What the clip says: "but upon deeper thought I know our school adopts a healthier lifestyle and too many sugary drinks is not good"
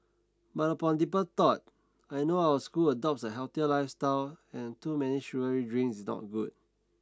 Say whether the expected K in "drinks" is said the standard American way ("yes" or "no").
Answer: no